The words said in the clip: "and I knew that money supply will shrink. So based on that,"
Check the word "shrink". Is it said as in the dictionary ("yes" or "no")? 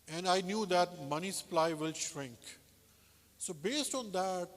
yes